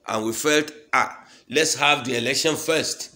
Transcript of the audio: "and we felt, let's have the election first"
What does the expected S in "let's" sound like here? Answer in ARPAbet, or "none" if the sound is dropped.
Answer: S